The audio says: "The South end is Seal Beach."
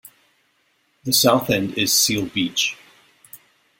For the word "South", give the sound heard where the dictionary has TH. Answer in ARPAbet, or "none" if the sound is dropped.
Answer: TH